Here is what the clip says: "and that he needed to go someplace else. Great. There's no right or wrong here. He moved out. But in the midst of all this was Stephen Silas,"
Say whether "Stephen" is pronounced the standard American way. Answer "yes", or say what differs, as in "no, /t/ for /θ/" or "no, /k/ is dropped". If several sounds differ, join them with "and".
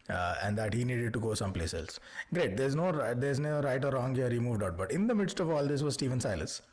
yes